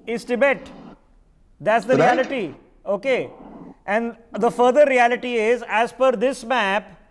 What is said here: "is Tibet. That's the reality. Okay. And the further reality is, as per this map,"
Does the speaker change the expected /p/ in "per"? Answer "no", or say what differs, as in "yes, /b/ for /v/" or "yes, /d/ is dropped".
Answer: yes, /f/ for /p/